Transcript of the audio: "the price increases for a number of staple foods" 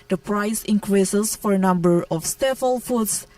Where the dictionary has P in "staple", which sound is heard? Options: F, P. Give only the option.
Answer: F